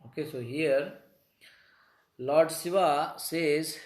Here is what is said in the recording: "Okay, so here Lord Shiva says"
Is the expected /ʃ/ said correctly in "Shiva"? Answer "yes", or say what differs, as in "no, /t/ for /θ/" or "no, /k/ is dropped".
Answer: no, /s/ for /ʃ/